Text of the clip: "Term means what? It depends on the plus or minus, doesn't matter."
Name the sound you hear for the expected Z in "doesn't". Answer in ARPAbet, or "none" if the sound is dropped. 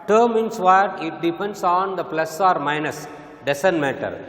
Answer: S